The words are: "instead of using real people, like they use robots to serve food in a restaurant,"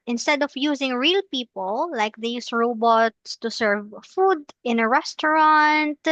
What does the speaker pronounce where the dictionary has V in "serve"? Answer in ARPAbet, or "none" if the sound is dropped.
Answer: V